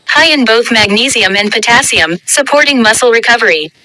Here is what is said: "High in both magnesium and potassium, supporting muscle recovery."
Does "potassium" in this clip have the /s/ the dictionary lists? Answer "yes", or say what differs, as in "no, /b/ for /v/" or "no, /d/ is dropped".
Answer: yes